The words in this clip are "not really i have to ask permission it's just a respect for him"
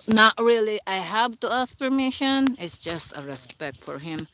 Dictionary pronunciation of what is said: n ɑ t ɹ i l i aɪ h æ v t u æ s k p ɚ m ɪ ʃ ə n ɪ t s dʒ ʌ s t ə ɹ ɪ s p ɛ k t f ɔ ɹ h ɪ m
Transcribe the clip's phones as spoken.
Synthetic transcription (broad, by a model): n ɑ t ɹ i l i aɪ h æ v t u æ s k p ɚ m ɪ ʃ ə n ɪ t s dʒ ʌ s t ə ɹ ɪ s p ɛ k t f ɔ ɹ h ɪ m